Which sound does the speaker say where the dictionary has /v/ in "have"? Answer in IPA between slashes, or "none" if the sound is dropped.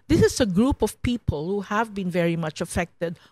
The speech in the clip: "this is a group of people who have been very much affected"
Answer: /v/